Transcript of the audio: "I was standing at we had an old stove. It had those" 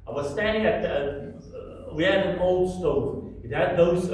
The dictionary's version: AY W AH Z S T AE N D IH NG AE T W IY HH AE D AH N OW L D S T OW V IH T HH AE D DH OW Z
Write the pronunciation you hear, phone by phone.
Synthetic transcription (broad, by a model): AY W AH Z S T AE N D IH NG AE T W IY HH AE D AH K OW L D S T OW IH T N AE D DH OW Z